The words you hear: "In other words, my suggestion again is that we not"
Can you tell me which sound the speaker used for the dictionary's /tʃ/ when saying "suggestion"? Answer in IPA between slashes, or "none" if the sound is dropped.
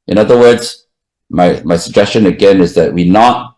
/tʃ/